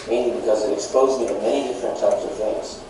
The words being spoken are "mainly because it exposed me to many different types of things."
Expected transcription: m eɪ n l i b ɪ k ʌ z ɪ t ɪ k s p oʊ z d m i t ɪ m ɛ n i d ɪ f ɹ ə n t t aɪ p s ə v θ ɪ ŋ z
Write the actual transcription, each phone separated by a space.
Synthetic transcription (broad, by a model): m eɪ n l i b ɪ k ʌ z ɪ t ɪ k s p oʊ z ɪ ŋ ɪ m ɛ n i d ɪ f ɹ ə n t t aɪ p s ə v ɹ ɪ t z